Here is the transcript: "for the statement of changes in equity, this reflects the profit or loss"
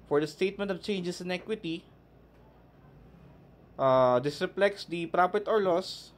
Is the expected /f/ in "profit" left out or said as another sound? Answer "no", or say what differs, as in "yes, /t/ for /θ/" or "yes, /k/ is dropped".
yes, /p/ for /f/